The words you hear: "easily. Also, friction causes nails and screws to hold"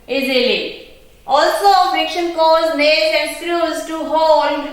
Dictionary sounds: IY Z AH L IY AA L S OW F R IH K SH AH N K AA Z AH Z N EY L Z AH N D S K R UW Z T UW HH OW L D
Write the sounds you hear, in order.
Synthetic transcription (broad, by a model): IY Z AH L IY AA L S OW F IH K SH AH N K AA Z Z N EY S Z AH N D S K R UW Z T UW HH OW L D